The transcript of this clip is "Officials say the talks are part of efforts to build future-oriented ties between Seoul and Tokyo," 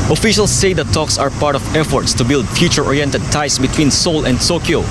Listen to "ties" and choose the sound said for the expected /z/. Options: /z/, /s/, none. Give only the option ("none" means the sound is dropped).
/s/